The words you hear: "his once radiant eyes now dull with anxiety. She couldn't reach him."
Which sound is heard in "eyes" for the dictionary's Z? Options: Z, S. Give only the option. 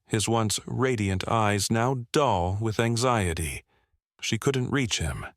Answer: Z